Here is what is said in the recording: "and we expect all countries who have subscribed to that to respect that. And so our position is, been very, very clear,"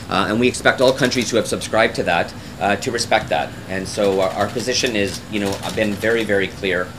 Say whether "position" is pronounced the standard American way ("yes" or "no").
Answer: yes